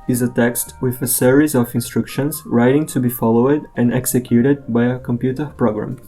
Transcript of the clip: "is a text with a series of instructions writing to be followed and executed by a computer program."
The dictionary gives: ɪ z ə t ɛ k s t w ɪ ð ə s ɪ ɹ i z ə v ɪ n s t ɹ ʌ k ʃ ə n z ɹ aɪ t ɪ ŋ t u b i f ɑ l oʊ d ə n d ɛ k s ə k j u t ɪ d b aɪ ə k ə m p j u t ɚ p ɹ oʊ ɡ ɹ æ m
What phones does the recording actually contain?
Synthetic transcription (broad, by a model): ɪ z ə t ɛ k s t w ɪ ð ə s ɪ ɹ i z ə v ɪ n s t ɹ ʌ k ʃ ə n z ɹ aɪ t ɪ ŋ t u b i f ɑ l oʊ d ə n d ɛ k s ə k j u t ɪ d b aɪ ə k ə m p j u t ɚ p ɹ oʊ ɡ ɹ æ m